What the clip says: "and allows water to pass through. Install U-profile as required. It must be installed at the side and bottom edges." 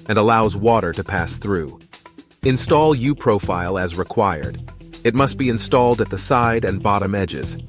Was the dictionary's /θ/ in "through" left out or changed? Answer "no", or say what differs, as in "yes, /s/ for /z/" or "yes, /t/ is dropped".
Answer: no